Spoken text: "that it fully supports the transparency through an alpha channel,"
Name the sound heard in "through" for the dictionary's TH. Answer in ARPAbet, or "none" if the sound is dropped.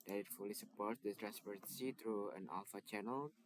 T